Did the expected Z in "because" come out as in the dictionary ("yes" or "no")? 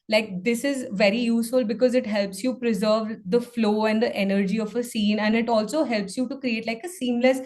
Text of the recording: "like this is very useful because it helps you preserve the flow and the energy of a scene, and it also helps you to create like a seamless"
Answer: yes